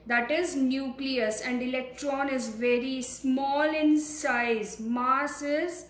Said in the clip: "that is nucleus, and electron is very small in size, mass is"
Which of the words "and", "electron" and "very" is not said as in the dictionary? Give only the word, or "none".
none